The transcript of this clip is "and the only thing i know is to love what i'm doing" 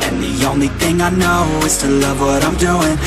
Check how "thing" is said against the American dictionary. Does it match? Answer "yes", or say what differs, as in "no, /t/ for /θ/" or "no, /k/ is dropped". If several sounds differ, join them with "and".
yes